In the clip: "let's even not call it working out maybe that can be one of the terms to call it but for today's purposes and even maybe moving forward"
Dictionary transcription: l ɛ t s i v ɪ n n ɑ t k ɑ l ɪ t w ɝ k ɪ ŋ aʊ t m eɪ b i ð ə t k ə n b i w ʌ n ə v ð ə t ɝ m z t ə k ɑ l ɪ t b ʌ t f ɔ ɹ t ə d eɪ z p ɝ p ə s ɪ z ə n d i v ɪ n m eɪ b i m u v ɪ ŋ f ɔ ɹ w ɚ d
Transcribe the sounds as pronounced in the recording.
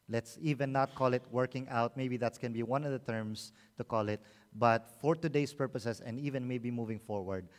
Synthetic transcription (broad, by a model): l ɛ t s i v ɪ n n ɑ t k ɑ l ɪ t w ɝ k ɪ ŋ aʊ t m eɪ b i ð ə t k ə n b i w ʌ n ə v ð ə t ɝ m s t ə k ɑ l ɪ t b ʌ t f ɔ ɹ t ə d eɪ s p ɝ p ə s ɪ s ə n d i v ɪ n m eɪ b i m u v ɪ ŋ f ɔ ɹ w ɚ d